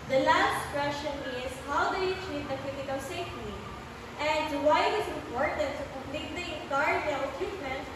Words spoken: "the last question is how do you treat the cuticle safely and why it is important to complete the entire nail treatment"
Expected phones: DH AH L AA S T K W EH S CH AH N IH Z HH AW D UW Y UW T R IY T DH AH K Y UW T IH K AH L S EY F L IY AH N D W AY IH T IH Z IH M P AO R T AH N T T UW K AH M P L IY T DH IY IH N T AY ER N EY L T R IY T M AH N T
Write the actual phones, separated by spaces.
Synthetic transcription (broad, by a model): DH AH L AA S T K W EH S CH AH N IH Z HH AW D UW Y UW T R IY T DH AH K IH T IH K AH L S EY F N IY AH N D W AY IH T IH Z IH M P AO R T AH N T T UW K AH M P L IY T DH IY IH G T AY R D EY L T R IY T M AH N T